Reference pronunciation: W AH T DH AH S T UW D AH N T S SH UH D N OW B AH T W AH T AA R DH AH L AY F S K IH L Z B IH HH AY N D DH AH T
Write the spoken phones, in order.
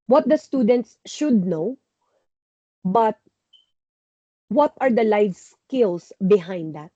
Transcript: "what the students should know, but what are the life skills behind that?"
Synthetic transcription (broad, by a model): W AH T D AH S T UW D AH N T S SH UH D N OW B AH T W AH T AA R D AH L AY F S K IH L S B IH HH AY N D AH T